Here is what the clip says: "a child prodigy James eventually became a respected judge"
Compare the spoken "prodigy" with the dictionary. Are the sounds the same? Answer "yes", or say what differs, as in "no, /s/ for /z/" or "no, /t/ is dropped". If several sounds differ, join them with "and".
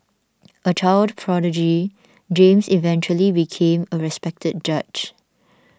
yes